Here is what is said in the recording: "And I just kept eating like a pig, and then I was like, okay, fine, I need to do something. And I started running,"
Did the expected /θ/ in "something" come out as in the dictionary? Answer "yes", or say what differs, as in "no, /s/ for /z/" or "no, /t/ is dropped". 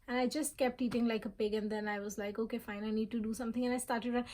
no, /t/ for /θ/